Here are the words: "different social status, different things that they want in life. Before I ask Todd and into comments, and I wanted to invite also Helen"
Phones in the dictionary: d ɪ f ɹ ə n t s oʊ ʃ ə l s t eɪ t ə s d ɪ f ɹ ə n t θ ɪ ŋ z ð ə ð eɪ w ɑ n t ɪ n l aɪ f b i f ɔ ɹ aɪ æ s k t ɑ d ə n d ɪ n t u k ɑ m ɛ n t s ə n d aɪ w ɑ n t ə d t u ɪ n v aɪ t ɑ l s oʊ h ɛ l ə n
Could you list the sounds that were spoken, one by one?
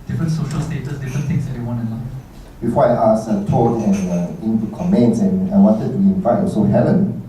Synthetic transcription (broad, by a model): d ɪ f ɹ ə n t s oʊ ʃ ə l s t eɪ t ə s d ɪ f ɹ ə n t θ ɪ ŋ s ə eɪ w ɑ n ɪ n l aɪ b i f ɔ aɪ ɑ s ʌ t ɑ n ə n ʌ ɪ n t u k ɑ m ɛ n t s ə n aɪ w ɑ n t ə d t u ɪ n f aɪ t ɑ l s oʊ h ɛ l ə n